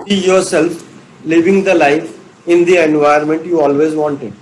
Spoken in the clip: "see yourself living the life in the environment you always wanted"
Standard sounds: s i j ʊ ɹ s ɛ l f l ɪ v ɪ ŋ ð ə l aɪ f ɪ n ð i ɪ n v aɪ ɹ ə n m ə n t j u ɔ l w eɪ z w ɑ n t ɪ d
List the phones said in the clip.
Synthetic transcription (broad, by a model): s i j ʊ ɹ s ɛ l f l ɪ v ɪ ŋ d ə l aɪ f ɪ n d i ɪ n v aɪ ə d m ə n t j u ɔ l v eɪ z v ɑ n t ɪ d